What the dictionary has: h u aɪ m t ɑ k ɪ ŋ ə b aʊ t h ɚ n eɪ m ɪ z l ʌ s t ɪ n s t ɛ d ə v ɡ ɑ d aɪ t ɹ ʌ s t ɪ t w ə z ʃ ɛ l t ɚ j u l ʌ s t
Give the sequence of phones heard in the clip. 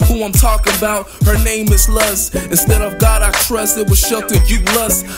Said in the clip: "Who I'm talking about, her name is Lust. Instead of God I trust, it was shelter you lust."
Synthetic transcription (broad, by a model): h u aɪ m t ɑ k ɪ ŋ ə b aʊ t h ɚ n eɪ m ɪ z l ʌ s ɪ n s t ɛ d ə v ɡ ɑ d aɪ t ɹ ʌ s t ɪ t w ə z ʃ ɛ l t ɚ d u l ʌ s